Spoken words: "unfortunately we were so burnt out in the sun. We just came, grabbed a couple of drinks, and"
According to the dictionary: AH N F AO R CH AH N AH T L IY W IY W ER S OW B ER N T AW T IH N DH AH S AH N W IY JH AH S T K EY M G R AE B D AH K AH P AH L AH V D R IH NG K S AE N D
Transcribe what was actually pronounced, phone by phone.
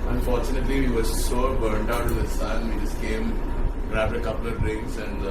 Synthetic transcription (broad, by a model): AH N F AO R CH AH N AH T L IY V IY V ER S OW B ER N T AW T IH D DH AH S AH N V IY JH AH S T K EY M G R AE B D AH K AH P AH L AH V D R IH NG S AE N D